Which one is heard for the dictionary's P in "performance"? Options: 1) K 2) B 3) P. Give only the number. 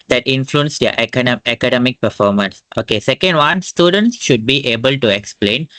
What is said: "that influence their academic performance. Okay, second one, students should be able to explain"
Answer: 3